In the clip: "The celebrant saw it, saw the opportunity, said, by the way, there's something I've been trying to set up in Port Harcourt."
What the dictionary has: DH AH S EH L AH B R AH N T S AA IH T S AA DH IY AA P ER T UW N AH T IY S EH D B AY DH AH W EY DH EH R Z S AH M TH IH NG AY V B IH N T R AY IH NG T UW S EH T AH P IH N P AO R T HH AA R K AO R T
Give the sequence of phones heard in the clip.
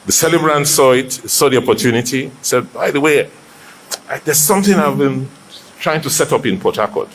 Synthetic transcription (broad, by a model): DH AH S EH L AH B R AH N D S AA IH T S AA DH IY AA P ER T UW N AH T IY S EH D B AY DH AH W EY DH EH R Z S AH M TH IH NG AY V B IH N T R AY IH NG T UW S EH T AH P IH N P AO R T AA K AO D